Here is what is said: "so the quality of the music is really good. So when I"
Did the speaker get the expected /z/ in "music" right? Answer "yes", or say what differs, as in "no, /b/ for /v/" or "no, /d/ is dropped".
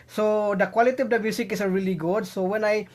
no, /s/ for /z/